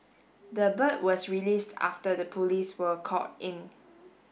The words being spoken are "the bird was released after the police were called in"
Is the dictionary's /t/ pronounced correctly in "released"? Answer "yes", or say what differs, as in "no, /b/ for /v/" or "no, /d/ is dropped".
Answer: yes